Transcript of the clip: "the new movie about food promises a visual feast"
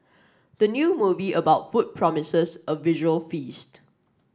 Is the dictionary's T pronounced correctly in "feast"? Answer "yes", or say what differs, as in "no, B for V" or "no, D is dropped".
yes